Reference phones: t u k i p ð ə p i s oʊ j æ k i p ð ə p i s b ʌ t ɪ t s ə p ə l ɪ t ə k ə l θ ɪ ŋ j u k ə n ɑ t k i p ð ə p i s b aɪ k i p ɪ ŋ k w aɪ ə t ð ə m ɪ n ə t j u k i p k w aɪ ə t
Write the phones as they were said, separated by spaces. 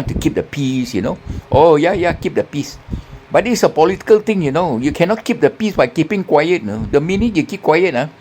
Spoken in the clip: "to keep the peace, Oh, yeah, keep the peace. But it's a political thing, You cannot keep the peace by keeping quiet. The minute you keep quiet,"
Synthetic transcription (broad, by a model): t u k i p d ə p i s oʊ j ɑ k i p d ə p i s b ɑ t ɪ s ə p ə l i t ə k ə l t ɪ ŋ j u k ə n ɑ t k i p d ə p i s b aɪ k i p ɪ ŋ k w aɪ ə t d ə m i n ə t j u k i p k w aɪ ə t